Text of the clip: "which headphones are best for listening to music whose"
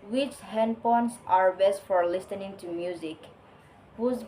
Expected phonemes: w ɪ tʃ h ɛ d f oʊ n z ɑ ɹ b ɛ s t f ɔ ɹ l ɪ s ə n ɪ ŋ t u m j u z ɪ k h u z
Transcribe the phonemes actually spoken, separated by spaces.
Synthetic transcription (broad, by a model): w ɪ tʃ h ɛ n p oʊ n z ɑ ɹ b ɛ s t f ɔ ɹ l ɪ s ə n ɪ ŋ t u m j u z ɪ k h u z